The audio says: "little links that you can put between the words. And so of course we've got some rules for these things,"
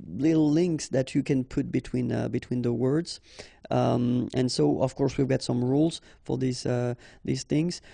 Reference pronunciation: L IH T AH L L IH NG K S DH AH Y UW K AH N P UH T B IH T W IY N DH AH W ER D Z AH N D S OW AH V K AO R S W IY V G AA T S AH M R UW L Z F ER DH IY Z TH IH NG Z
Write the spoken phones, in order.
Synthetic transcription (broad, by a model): L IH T L L IH NG K S DH AH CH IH K AH N P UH T B IH T W IY N DH AH W ER D Z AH N S OW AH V K AO R S W IY V G AA T S AH M R UW L Z F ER DH IY Z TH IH NG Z